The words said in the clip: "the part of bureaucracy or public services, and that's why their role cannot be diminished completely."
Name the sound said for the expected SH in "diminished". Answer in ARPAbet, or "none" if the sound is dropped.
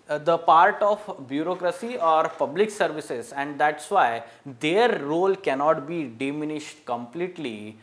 SH